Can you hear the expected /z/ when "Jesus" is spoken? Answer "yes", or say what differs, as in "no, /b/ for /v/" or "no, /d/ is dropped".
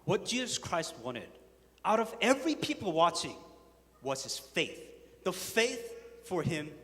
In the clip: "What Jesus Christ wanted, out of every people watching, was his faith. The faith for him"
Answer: yes